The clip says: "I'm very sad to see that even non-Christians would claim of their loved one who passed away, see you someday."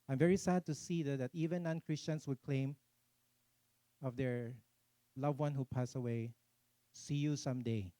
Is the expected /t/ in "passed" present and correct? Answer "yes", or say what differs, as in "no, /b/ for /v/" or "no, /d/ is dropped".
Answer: no, /t/ is dropped